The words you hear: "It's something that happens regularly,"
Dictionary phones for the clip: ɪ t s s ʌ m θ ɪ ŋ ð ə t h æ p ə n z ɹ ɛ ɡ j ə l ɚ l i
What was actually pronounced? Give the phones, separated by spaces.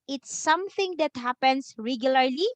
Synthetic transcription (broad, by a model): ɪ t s s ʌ m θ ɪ ŋ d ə t h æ p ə n s ɹ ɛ ɡ j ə l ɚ l i